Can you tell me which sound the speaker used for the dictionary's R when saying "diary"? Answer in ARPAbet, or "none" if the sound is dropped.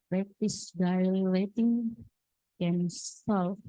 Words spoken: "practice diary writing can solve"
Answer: L